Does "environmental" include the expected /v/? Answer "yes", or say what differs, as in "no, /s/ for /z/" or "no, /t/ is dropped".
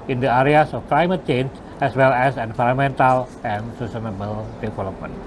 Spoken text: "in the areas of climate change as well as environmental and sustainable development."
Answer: no, /f/ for /v/